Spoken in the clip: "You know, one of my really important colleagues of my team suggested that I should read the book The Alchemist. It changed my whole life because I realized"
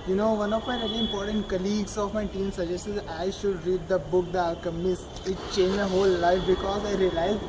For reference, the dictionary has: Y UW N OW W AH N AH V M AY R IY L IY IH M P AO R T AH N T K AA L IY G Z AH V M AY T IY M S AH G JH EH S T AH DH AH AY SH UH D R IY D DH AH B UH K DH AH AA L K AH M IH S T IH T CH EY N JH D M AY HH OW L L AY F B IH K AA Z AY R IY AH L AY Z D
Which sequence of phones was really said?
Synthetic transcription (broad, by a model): Y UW N OW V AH N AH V M AY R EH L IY IH M P AO R T AH N T K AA L IY G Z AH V M AY T IY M S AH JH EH S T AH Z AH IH SH UH D R IY D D AH B UH K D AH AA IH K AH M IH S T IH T CH EY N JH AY HH OW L L AY F B IH K AA Z AY R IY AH L AY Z